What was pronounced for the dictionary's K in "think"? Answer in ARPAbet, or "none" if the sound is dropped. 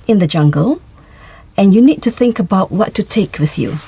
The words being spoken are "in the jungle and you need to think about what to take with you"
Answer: K